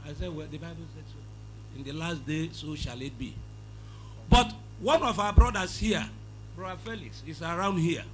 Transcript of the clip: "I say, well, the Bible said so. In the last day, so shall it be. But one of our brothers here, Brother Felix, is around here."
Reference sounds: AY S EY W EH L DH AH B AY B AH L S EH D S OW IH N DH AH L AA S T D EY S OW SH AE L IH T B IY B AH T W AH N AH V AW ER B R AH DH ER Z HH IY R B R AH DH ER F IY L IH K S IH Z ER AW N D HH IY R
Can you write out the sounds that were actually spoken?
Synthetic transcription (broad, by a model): AY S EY W EH L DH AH B AY B AH L S EH D S OW IH N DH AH L AA S T D EY S OW SH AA L IH T B IY B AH T W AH N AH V AW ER B R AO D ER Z HH IY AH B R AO ER F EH L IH K S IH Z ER AW N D HH IY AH